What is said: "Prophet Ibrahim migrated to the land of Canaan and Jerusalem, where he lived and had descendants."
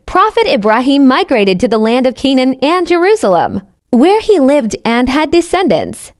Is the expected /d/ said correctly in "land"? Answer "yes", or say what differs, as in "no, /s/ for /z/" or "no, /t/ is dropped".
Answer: yes